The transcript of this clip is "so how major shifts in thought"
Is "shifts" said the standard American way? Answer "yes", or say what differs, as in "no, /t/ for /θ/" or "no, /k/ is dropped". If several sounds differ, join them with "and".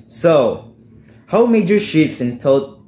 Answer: no, /f/ is dropped